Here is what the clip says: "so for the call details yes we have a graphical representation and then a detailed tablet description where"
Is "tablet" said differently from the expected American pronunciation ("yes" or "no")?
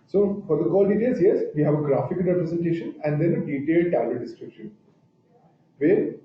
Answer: yes